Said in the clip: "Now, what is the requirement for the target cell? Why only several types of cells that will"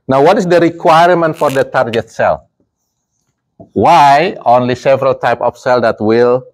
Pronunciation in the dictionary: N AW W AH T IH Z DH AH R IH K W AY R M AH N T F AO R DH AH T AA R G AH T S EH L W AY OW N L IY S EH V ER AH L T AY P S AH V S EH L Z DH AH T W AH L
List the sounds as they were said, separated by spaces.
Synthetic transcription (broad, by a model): N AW W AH T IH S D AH R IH K W AY R M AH N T F AO R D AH T AA R G AH T S EH L W AY OW N L IY S EH V ER AH L T AY P AH F S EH L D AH T W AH L